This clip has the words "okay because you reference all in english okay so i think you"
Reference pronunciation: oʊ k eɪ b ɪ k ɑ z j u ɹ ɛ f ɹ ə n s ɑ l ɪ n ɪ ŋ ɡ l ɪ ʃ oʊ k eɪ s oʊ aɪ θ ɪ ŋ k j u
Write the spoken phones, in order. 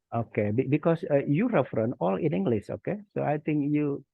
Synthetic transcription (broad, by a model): oʊ k eɪ b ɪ k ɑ s j u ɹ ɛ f ɹ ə n ɑ l ɪ n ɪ ŋ ɡ l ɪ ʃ oʊ k eɪ s oʊ aɪ t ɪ ŋ k j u